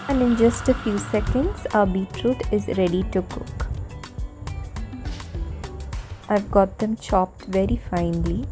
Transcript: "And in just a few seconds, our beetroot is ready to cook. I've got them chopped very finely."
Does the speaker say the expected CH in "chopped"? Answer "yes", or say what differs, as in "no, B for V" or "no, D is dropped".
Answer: yes